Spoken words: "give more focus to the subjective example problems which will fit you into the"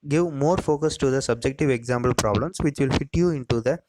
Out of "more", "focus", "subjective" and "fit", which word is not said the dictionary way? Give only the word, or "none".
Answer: none